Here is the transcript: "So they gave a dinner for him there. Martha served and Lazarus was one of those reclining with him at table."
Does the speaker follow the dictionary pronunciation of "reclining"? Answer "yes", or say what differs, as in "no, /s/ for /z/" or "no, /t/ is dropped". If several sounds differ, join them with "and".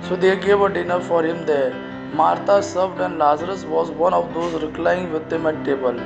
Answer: no, /n/ is dropped